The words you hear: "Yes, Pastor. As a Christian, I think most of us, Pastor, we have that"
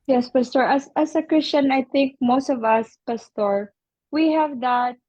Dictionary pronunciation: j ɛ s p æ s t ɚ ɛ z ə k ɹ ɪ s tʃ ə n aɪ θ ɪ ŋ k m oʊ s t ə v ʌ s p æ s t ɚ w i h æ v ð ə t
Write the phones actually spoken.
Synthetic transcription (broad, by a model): j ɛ s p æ s t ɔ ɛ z ə k ɹ ɪ s tʃ ə n aɪ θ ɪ ŋ k m oʊ s t ə v ʌ s p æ s t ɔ w i h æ v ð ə t